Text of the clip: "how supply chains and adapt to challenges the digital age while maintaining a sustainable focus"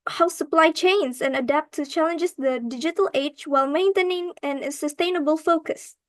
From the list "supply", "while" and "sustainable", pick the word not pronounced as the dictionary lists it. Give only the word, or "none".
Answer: none